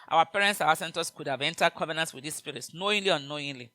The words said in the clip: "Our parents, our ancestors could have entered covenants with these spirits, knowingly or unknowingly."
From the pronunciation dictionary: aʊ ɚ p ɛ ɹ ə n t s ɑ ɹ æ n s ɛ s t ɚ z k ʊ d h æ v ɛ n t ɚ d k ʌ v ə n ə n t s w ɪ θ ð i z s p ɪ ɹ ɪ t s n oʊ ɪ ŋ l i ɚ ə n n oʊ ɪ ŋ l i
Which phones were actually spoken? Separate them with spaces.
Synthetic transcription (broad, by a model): aʊ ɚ p ɛ ɹ ə n t s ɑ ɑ s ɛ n t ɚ s k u d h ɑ v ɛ n t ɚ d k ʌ v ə n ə n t s w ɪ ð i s p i ɹ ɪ t s n oʊ ɪ ŋ l i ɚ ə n n oʊ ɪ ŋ l i